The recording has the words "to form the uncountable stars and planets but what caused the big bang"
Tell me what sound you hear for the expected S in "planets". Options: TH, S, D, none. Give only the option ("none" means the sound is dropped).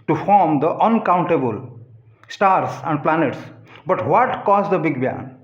S